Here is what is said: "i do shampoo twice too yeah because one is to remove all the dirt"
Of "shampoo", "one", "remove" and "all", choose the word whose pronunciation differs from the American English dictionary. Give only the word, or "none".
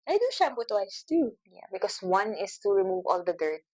shampoo